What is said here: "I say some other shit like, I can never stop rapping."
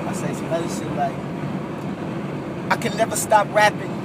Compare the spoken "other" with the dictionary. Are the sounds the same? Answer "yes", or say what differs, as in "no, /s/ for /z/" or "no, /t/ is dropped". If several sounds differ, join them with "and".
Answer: no, /ð/ is dropped